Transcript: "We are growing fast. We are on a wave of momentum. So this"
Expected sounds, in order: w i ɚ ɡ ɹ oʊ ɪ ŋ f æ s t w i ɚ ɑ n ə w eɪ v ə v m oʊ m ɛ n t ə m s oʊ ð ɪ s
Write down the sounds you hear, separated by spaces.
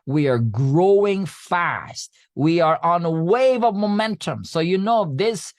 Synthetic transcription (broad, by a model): w i ɚ ɡ ɹ oʊ ɪ ŋ f æ s t w i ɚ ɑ n ə w eɪ v ə v m oʊ m ɛ n t ə m s oʊ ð ɪ s